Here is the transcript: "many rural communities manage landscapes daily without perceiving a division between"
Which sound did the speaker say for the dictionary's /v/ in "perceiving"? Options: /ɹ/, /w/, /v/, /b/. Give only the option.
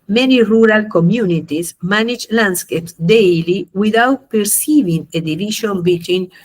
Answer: /v/